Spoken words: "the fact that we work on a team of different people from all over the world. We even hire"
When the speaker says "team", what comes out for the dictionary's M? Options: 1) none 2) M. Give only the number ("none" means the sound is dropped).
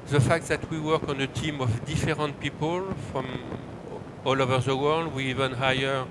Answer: 2